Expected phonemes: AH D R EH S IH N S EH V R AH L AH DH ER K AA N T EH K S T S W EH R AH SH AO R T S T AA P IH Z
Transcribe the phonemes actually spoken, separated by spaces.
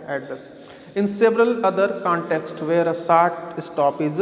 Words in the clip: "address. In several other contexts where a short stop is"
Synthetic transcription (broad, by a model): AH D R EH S IH N S EH V R AH L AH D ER K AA N T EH K S T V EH R AH S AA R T S T AA P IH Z